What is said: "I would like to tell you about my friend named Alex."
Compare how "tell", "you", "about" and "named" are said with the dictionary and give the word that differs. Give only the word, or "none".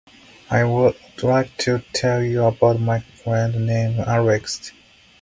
named